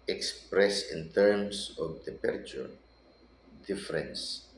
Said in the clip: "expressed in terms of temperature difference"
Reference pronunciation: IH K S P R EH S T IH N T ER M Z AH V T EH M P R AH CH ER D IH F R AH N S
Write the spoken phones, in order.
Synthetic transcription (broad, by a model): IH K S P R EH S IH N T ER M S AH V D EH P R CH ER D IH F R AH N S